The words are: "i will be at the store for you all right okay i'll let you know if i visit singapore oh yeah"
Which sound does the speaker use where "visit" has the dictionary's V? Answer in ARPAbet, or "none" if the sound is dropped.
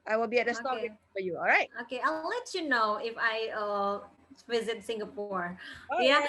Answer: V